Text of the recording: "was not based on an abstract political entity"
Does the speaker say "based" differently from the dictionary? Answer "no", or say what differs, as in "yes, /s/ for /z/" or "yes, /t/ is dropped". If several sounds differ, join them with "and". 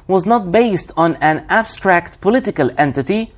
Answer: no